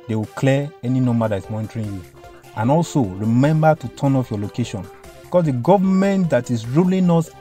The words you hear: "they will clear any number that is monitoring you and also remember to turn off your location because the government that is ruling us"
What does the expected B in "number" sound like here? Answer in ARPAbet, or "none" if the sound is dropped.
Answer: none